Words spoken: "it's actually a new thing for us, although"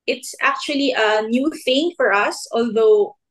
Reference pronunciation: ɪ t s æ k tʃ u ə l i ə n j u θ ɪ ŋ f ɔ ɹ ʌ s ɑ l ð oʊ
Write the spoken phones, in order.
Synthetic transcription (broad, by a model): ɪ t s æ k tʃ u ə l i ə n j u θ ɪ ŋ f ɔ ɹ ʌ s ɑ l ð oʊ